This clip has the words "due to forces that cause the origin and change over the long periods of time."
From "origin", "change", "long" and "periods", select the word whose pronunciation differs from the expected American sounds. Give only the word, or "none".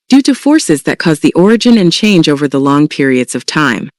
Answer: none